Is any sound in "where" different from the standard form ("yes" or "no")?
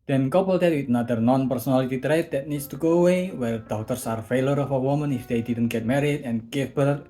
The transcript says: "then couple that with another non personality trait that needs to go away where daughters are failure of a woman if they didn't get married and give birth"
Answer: yes